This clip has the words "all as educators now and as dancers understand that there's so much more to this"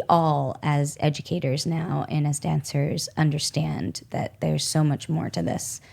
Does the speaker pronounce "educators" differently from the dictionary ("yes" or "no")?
no